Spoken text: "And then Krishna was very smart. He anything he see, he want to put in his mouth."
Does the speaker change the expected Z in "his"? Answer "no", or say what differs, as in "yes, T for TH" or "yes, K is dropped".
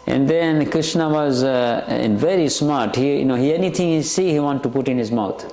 no